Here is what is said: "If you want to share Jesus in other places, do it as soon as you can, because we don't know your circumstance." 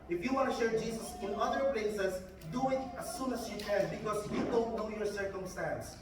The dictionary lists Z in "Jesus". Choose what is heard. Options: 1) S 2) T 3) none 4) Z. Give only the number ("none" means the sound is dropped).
1